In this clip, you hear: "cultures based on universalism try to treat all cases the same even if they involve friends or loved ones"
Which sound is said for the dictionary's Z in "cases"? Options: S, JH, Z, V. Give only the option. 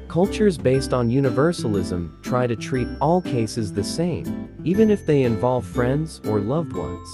Z